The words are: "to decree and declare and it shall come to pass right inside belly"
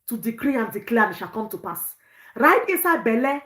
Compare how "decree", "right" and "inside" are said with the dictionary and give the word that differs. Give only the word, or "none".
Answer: inside